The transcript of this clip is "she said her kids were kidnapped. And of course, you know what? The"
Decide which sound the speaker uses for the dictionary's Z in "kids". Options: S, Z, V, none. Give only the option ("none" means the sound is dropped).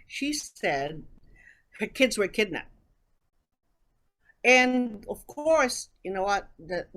Z